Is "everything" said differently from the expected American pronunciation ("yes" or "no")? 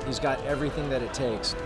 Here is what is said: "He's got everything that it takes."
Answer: no